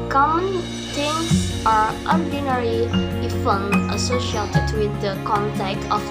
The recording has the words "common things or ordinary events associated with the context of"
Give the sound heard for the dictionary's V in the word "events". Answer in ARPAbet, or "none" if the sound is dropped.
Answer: F